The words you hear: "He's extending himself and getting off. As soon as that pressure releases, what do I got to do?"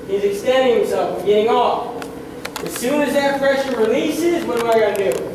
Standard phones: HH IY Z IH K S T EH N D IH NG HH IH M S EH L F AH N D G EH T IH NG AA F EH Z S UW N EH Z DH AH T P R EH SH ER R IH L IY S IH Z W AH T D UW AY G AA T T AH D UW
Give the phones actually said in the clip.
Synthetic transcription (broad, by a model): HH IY Z IH K S T EH N D IH NG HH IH M S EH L F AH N G EH T IH NG AA F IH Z S UW N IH Z DH AH T F R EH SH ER R IH L IY S IH Z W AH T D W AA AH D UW